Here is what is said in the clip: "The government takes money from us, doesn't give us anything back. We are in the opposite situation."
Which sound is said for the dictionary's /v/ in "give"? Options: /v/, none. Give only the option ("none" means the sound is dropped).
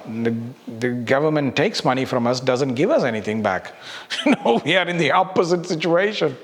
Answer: /v/